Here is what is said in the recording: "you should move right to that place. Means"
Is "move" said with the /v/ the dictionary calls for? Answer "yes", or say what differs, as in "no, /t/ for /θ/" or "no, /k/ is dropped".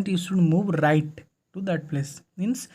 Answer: yes